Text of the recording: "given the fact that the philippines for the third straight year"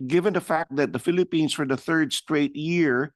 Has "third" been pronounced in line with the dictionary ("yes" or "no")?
yes